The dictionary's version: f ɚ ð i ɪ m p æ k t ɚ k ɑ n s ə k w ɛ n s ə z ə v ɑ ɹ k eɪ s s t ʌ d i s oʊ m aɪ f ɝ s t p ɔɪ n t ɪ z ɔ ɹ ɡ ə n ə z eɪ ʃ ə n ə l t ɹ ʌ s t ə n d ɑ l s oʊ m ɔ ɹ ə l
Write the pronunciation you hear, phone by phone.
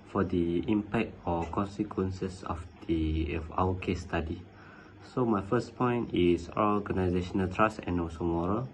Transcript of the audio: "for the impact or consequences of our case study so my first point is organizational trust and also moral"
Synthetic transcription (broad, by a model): f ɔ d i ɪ m p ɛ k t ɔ k ɑ n s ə k w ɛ n s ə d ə f ɑ w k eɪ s s t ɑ d i s oʊ m aɪ f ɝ s p ɔɪ n t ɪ s ɔ ɡ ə n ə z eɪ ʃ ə n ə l t ɹ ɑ s ə n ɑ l s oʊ m ɔ ɹ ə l